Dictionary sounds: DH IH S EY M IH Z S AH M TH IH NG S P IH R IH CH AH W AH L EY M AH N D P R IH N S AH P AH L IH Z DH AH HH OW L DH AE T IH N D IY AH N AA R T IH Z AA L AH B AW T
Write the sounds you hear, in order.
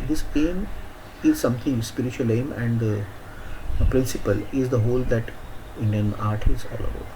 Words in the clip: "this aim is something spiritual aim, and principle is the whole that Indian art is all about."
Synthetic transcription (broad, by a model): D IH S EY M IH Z S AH M T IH NG S P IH R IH CH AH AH L EY M AH N D P R IH N S AH P AH L IH Z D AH HH OW L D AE T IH N D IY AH N AA R T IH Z AA L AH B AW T